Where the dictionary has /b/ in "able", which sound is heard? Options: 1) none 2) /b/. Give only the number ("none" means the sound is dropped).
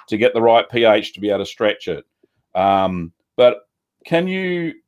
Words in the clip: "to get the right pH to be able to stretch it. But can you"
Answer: 1